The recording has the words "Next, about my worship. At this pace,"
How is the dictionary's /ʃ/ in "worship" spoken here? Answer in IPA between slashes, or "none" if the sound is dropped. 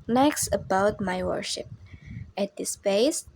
/ʃ/